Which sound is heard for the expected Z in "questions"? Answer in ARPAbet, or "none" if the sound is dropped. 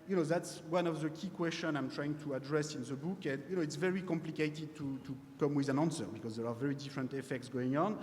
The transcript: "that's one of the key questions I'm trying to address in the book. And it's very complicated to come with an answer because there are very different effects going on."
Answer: none